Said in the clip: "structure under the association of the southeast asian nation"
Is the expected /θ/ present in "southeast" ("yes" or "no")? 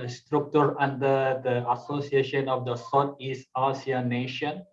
no